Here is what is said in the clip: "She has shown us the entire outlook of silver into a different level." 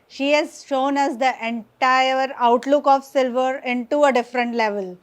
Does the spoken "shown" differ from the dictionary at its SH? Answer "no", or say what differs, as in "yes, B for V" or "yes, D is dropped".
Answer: no